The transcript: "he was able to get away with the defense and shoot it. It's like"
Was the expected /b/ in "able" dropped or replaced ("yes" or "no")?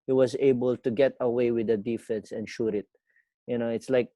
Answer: no